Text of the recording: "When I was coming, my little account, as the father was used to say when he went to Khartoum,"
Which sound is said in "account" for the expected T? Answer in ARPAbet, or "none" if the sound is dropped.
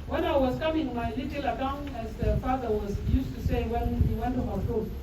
none